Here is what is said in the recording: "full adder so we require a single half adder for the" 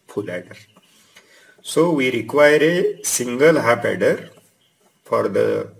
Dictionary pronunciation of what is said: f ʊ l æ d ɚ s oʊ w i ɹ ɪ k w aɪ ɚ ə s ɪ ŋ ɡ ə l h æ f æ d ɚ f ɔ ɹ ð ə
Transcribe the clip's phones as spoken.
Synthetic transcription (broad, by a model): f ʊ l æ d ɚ s oʊ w i ɹ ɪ k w aɪ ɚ ə s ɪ ŋ ɡ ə l h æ p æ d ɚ f ɔ ɹ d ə